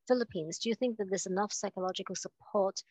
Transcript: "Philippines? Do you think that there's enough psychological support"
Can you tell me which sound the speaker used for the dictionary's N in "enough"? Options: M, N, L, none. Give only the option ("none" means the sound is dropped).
N